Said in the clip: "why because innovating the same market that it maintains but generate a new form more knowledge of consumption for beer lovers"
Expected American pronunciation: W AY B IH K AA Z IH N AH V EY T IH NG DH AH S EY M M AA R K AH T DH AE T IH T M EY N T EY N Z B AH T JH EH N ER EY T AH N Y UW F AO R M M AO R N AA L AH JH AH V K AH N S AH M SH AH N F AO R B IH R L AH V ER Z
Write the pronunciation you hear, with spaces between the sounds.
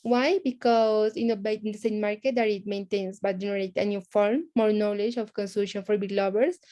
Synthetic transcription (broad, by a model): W AY B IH K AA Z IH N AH B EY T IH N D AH S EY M M AA R K AH T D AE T IH T M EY N T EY N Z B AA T JH EH N ER EY T AH N Y UW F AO R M M AO R N AA L AH JH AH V K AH N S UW SH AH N F AO R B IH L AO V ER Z